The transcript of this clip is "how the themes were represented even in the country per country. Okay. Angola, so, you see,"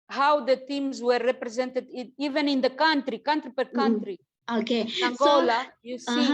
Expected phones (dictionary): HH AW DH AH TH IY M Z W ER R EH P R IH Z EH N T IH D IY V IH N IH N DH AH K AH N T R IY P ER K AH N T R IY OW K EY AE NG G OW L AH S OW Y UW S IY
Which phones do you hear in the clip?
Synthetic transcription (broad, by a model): HH AW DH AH T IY M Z W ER R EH P R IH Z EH N T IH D IY V IH N IH N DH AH K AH N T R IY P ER K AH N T R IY OW K EY AE NG G OW L AH Y UW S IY